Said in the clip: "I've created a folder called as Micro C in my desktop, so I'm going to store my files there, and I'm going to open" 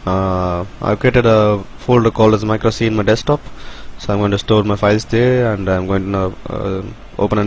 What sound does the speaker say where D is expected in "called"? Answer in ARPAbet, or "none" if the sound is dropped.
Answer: none